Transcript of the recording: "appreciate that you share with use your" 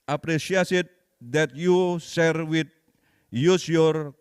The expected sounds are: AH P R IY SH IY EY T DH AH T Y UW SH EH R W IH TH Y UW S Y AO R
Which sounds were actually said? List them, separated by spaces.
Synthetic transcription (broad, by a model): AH P R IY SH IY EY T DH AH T Y UW S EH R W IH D Y UW S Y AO R